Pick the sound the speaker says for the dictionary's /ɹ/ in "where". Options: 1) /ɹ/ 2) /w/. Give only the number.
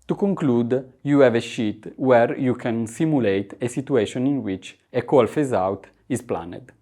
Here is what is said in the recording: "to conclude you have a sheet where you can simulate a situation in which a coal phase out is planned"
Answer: 1